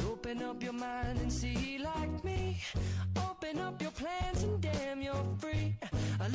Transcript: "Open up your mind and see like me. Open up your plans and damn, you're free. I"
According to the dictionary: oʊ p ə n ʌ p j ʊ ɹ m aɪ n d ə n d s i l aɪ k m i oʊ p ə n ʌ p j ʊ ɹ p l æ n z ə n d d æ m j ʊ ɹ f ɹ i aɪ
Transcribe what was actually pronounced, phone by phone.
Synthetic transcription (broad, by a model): oʊ p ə n ʌ p j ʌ ɹ m aɪ n d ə n s i l aɪ k m i oʊ p ə n ʌ p j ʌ ɹ p l æ n z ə n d d æ m j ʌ ɹ f ɹ i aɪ